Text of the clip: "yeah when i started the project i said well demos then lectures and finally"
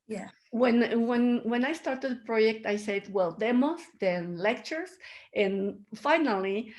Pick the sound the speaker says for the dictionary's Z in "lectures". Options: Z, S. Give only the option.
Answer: S